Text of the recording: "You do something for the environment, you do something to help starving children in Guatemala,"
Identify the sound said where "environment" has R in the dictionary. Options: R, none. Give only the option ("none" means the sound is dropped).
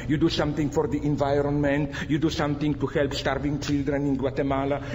R